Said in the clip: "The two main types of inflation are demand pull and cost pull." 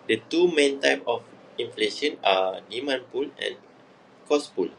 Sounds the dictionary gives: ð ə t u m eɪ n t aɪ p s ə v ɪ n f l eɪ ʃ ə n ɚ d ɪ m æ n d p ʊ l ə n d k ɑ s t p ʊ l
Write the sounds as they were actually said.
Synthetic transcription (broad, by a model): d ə t u m eɪ n t aɪ p ə f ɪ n f l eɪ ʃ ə n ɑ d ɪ m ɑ n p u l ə n k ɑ s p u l